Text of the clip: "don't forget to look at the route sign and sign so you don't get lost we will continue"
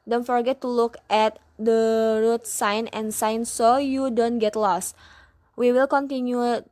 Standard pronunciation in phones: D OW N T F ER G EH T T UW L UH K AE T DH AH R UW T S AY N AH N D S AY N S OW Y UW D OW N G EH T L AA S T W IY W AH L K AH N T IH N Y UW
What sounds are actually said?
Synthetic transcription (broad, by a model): D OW N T F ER G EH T T UW L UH K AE T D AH R UW T S AY N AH N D S AY N S OW Y UW D OW N G EH T L AA S T W IY W AH L K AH N T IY N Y UW